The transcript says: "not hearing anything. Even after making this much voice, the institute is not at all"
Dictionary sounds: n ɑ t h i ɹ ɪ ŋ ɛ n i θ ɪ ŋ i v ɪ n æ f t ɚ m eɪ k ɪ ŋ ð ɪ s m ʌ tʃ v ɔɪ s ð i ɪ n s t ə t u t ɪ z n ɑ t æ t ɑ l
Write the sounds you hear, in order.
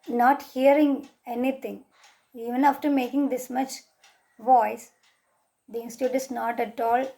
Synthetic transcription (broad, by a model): n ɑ t h i ɹ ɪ ŋ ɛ n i t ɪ ŋ i v ɪ n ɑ f t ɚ m eɪ k ɪ ŋ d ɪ s m ʌ tʃ v ɔɪ s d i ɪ n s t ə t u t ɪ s n ɑ t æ t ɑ l